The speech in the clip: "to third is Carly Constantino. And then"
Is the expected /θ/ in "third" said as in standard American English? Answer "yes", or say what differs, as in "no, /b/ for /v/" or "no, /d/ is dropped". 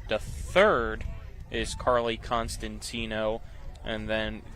yes